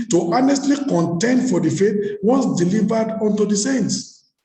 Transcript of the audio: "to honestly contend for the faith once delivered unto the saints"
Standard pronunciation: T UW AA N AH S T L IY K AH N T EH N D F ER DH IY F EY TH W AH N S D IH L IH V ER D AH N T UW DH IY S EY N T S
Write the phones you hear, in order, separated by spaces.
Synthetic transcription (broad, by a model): T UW AA N AH S T L IY K AH N T EH N D F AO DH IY F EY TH W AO S D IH L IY V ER D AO N T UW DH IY S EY N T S